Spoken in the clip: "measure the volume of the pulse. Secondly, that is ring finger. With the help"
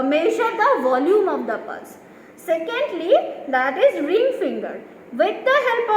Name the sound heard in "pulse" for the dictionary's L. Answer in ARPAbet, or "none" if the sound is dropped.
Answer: none